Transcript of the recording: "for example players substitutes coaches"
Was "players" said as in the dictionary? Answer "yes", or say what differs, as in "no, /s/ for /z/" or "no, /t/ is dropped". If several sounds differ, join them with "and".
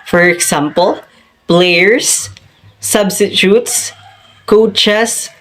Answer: no, /b/ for /p/